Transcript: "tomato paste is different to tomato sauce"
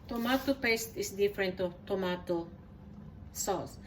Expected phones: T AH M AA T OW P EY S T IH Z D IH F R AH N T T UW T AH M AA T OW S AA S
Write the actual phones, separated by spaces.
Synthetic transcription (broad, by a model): T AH M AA T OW P EY S T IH S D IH F R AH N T T UW T AH M AA T OW S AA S